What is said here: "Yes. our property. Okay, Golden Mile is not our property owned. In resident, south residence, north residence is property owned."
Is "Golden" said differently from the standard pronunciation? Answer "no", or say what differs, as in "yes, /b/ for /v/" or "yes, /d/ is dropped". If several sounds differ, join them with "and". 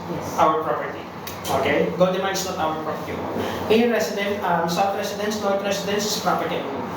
yes, /l/ is dropped